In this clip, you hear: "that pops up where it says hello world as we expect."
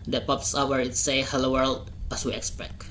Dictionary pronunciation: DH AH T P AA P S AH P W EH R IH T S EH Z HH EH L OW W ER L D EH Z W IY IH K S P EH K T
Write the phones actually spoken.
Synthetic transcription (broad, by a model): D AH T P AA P S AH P W EH R IH T S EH HH EH L OW W ER L D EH S W IY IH K S P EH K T